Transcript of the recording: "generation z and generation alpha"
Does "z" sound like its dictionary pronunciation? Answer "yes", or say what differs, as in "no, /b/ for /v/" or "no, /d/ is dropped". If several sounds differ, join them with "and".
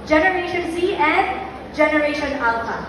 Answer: no, /s/ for /z/